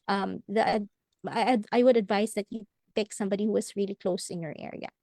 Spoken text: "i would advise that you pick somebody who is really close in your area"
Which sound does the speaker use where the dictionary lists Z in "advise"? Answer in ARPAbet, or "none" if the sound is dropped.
S